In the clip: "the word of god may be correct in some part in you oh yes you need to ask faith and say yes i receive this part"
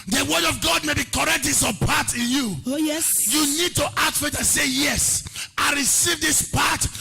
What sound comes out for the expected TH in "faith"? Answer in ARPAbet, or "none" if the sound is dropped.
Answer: T